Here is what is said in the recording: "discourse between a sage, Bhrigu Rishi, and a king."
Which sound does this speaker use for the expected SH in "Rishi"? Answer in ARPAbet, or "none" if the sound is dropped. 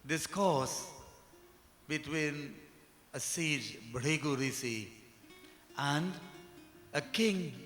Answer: S